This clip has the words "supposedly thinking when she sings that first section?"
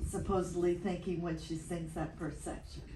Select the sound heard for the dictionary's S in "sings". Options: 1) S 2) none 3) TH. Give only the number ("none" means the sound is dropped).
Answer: 3